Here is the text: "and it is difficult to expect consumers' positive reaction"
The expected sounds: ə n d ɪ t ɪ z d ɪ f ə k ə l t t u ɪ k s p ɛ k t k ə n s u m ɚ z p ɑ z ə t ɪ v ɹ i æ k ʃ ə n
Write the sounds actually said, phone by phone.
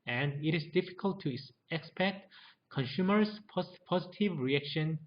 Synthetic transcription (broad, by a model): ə n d ɪ t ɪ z d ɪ f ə k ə l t t u ɪ k s p ɛ k t k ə n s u m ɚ s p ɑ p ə t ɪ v ɹ i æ k ʃ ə n